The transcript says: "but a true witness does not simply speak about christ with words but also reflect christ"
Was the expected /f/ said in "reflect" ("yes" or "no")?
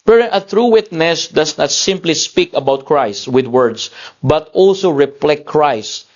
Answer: no